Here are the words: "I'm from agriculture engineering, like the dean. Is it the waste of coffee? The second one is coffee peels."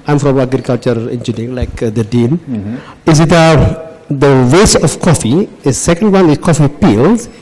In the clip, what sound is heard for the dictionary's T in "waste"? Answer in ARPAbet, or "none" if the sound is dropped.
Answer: none